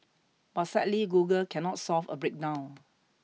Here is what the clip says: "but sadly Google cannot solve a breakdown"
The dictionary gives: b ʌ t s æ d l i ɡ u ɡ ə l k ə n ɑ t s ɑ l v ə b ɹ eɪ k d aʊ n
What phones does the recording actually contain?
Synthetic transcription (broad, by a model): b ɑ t s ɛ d l i ɡ u ɡ ə l k ə n ɑ t s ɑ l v ə b ɹ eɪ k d aʊ